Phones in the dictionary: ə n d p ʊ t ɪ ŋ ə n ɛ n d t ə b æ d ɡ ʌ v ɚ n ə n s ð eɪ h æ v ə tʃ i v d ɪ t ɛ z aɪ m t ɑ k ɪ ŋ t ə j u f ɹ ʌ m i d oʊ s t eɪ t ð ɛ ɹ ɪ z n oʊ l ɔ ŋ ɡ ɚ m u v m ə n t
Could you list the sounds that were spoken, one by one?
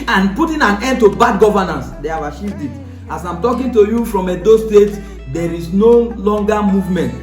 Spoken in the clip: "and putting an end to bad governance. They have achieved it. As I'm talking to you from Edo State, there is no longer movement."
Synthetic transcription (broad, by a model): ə n p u t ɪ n ə n ɛ n d t ə b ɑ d ɡ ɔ v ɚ n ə n s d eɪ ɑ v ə ʃ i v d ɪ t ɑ s aɪ m t ɑ k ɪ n t ə j u f ɹ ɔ m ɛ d oʊ s t eɪ t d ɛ ɹ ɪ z n oʊ l ɔ ŋ ɡ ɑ m u v m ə n t